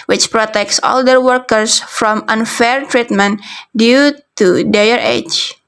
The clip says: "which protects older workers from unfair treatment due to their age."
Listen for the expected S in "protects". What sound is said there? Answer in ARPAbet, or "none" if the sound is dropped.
S